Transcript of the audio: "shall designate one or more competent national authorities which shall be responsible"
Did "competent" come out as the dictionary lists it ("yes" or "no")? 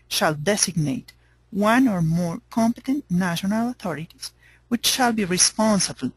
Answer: yes